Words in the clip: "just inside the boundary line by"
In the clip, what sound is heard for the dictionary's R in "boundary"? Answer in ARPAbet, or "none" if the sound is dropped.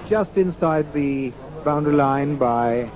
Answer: none